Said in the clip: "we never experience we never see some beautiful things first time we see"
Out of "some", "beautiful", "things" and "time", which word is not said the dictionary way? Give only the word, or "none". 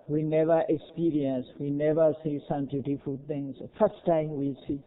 things